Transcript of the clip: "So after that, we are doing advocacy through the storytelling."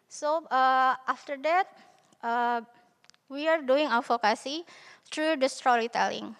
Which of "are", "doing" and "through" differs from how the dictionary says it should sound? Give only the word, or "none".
through